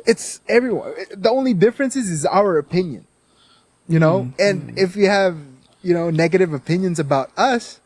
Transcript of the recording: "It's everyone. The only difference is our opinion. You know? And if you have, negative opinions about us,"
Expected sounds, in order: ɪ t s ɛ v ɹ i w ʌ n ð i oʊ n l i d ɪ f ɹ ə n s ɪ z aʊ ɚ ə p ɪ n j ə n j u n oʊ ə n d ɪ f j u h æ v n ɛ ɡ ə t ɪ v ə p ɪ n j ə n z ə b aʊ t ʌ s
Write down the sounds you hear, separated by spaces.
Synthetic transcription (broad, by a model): ɪ t s ɛ v ɹ i w ʌ n ð i oʊ n l i d ɪ f ɹ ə n s ɪ z aʊ ɚ ə p ɪ n j ə n j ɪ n oʊ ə n ɪ f j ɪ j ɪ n n ɛ ɡ ə t ɪ v ə p ɪ n j ə n z ə b aʊ t ʌ s